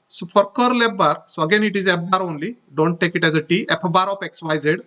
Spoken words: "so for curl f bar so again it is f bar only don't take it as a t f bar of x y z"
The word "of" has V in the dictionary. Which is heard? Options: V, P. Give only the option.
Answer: P